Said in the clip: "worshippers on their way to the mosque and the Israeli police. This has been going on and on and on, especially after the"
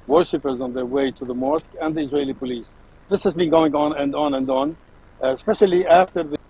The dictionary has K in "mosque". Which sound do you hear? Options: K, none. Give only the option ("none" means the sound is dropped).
K